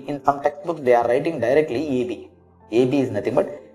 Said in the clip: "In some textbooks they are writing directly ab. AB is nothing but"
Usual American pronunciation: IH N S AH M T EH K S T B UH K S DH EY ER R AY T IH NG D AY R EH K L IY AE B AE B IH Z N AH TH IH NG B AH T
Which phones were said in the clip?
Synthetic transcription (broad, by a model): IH N S AH M T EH K S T B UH K S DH EY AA R AY T IH NG D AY R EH K L IY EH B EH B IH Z N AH T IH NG B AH T